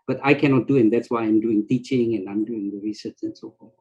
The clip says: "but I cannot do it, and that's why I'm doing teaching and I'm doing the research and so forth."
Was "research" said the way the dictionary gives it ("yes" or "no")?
no